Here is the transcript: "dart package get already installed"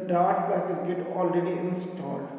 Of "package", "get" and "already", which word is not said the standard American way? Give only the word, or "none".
package